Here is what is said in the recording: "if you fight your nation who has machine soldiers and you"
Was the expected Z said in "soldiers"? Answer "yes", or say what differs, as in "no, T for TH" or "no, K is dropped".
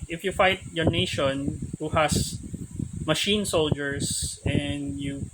no, S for Z